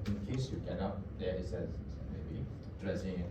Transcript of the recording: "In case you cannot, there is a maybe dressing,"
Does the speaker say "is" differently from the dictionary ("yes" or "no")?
yes